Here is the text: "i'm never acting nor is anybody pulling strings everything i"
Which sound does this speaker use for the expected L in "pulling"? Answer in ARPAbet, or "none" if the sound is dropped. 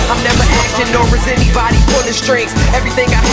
N